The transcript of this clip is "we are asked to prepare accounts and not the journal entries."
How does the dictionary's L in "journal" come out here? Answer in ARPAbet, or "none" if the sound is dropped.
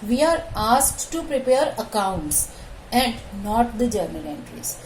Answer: N